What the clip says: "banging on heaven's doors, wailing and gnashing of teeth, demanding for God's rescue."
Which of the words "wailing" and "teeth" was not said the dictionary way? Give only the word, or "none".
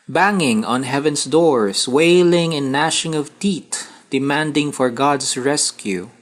teeth